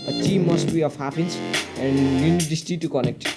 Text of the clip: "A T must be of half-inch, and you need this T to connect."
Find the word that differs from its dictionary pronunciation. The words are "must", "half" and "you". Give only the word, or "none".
half